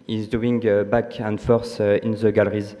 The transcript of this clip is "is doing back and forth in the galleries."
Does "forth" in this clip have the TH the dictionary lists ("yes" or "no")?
no